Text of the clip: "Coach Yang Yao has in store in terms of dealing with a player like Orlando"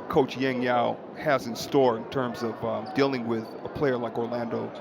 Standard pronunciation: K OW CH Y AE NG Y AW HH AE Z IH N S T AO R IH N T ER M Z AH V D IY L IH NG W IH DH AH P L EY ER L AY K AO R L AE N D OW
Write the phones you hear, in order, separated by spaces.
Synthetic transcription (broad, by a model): K OW CH Y AE NG Y AW HH AE Z IH N S T AO R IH N T ER M Z AH V D IY L IH NG W IH DH AH P L EY ER L AY K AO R L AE N D OW